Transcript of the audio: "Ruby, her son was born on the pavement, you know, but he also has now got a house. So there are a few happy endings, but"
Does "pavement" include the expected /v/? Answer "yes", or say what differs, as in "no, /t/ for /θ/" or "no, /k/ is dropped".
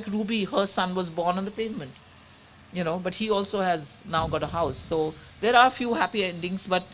yes